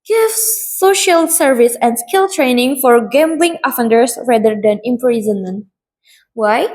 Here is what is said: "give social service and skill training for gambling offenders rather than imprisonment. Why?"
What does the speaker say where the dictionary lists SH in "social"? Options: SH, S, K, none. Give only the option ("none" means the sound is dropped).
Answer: SH